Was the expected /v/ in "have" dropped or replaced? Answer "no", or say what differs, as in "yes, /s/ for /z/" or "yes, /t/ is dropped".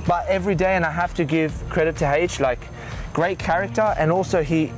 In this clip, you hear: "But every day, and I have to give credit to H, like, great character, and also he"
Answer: yes, /f/ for /v/